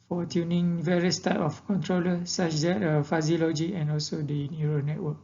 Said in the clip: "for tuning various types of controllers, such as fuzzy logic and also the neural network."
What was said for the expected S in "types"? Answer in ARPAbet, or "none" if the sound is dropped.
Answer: none